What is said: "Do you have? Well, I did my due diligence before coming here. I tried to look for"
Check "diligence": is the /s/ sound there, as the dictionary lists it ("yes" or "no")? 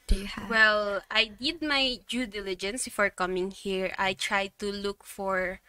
yes